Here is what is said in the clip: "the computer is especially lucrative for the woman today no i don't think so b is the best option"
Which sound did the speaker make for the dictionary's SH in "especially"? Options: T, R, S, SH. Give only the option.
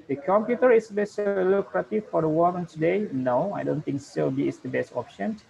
S